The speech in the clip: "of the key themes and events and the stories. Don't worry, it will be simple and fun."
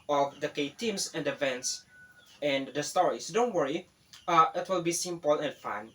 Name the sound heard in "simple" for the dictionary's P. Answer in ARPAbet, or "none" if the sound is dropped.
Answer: P